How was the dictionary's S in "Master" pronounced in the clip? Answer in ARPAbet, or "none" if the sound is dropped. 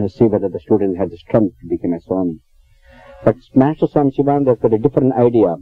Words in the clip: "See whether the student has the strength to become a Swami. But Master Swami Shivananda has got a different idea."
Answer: S